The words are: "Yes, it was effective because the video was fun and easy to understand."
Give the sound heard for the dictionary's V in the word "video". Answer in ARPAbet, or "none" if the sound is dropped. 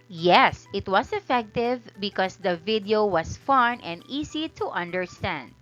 V